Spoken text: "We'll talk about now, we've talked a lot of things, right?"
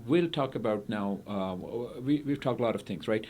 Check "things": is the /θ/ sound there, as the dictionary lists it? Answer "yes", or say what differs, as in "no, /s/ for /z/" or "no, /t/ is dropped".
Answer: yes